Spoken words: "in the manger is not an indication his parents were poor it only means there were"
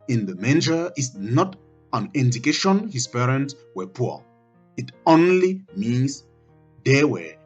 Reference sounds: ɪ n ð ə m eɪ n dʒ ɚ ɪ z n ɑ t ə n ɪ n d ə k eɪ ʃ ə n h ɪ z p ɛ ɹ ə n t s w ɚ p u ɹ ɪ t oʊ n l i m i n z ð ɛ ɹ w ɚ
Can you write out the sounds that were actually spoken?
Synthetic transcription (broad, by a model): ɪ n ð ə m eɪ n dʒ ɚ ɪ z n ɑ t ə n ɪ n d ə k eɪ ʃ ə n h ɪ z p ɛ ɹ ə n t s w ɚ p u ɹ ɪ t oʊ n l i m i n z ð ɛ w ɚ